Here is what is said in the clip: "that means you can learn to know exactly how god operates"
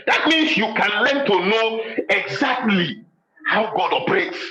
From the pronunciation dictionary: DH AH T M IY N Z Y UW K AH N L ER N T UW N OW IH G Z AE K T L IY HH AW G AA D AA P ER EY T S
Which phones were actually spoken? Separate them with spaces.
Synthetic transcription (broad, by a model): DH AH T M IY N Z Y UW K AH N L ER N T UW N OW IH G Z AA K T L IY HH AW G AA D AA P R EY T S